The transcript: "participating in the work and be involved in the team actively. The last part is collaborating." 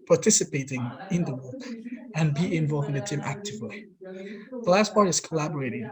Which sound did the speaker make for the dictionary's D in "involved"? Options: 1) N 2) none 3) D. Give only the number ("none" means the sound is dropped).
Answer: 2